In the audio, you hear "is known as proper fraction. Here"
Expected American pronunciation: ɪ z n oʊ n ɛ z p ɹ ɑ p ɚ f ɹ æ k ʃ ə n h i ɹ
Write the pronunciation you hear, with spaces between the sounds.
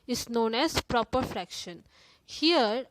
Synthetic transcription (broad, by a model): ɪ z n oʊ n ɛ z p ɹ ɑ p ɚ f ɹ æ k ʃ ə n h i ɹ